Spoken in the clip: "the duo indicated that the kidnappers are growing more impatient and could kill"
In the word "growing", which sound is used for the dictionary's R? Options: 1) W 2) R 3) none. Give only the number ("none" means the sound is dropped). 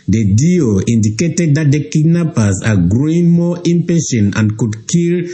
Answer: 2